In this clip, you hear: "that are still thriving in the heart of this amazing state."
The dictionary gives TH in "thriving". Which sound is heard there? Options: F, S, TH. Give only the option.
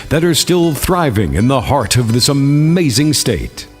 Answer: TH